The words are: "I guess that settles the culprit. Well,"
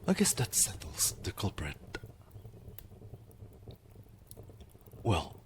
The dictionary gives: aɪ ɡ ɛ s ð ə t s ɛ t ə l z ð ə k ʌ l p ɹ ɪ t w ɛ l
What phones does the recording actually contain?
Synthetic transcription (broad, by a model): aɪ ɡ ɛ s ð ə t s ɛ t l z ð ə k ʌ l p ɹ ɪ t w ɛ l